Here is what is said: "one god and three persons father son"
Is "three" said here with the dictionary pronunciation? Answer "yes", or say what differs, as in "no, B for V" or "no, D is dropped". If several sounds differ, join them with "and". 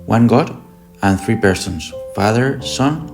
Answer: yes